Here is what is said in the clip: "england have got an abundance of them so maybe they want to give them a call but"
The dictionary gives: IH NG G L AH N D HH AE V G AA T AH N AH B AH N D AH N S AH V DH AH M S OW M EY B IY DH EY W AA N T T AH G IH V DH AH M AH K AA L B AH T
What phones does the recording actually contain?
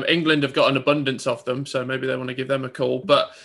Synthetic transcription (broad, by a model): IH NG G L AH N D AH V G AA T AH N AH B AH N D AH N S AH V DH AH M S OW M EY B IY DH EY W AA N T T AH G IH V DH AH M AH K AA L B AH T